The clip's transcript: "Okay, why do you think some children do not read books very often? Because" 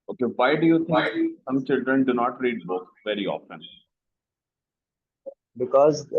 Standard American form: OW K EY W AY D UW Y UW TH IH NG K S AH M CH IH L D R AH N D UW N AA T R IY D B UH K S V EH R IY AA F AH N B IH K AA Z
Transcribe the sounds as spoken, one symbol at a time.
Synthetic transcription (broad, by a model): OW K EY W AY D UW Y UW T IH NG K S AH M CH IH L D R AH N D UW N AA T R IY D B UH K V EH R IY AA F AH N B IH K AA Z